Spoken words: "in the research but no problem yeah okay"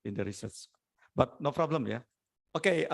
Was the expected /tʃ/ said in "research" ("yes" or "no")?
no